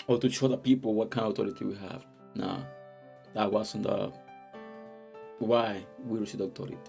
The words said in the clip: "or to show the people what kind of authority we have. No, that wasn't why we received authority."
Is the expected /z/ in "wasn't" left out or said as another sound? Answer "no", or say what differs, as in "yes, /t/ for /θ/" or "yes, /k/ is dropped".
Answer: yes, /s/ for /z/